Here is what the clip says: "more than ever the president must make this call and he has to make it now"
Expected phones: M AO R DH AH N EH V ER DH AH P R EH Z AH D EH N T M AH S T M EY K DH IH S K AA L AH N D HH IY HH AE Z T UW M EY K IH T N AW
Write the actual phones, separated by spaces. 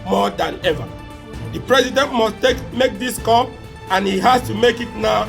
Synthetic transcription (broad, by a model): M AO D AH N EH V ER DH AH P R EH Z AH D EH N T M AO S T M EY K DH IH S K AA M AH N HH IY HH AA S T UW M EY K IH T N AW